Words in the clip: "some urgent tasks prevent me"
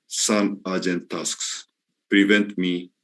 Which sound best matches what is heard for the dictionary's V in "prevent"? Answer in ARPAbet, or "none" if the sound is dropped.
V